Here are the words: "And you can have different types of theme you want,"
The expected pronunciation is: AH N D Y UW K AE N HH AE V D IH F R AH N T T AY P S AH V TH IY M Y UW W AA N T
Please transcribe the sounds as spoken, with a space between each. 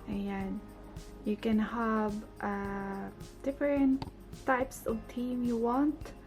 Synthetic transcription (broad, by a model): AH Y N Y UW K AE N HH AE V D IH F R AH N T T AY P S AH V T IY M Y UW W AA N T